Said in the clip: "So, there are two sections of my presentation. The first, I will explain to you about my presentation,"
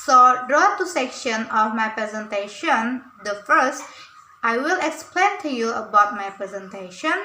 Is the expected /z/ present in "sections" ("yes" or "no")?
no